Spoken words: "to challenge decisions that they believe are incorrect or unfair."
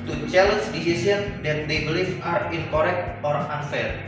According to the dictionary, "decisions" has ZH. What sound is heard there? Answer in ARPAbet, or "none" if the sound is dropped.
S